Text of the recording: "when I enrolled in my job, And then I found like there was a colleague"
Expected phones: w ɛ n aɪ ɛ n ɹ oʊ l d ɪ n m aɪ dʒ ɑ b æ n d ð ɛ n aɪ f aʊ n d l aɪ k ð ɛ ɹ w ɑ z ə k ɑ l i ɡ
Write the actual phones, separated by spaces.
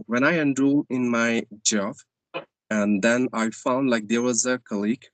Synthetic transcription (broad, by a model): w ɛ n aɪ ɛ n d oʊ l ɪ n m aɪ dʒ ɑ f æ n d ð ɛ n aɪ f aʊ n d l aɪ k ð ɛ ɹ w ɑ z ə k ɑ l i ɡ